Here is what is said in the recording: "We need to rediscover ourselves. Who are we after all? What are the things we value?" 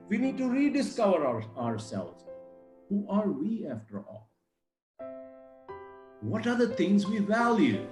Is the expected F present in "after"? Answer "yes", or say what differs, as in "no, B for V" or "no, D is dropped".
yes